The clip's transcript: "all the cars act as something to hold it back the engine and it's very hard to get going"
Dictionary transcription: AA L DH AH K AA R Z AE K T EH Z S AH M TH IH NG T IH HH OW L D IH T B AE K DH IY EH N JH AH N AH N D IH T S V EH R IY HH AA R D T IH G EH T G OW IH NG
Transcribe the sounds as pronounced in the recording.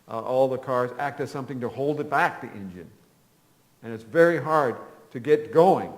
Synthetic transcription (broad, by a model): AA L DH AH K AA R Z AE K T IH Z S AH M TH IH NG T IH HH OW L D IH T B AE K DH IY EH N JH AH N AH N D IH T S V EH R IY HH AA R D T IH G EH T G OW IH NG